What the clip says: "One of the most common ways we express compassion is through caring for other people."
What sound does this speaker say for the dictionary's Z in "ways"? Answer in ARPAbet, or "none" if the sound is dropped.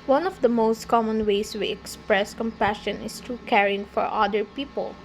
S